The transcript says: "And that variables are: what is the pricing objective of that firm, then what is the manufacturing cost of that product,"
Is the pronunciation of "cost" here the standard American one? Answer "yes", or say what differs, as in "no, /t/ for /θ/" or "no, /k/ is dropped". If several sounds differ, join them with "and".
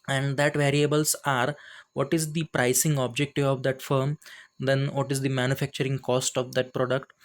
yes